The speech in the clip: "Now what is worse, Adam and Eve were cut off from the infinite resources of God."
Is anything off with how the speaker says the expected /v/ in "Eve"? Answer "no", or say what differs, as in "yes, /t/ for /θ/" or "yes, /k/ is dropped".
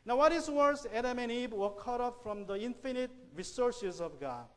yes, /b/ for /v/